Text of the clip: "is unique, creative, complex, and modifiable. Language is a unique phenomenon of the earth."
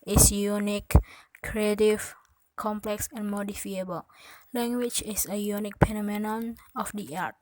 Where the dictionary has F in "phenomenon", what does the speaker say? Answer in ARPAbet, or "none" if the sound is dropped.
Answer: P